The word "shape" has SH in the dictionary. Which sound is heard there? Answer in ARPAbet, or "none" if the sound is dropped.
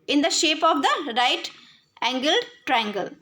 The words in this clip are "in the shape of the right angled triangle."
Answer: SH